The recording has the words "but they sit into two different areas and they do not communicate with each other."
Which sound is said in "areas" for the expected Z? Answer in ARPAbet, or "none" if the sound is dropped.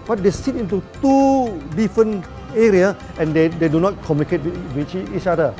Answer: none